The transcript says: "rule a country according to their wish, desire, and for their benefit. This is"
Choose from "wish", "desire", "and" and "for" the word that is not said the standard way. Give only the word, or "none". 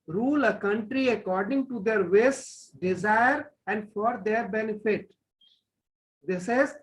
wish